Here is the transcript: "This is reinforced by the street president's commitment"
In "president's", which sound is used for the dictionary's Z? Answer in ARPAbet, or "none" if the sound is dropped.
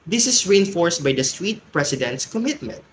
S